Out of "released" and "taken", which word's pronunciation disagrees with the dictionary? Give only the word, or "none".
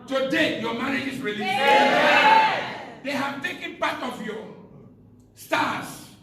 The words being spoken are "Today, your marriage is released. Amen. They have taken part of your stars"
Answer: released